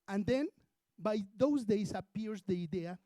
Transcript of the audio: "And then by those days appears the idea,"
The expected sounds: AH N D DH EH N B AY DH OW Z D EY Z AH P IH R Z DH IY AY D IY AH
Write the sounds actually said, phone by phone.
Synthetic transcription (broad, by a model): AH N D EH N B AY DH OW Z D EY S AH P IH R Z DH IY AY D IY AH